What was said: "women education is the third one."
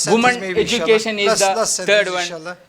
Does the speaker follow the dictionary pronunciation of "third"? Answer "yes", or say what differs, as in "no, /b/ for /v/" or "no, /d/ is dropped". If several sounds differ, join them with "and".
no, /t/ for /θ/